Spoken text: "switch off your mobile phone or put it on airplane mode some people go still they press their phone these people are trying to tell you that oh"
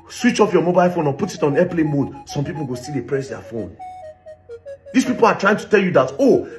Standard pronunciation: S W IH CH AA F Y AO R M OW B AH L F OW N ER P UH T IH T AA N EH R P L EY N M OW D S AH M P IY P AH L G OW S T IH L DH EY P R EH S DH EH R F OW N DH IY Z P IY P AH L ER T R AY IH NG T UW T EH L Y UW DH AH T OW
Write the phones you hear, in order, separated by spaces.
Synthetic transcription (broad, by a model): S W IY CH AA F Y AO M OW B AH L F OW N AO P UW T IH T AA N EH P L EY M OW D S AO M P IY P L G OW S T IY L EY P R EH S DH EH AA F OW N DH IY S P IY P AH L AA T R AY IH NG T UW T EH L Y UW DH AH T OW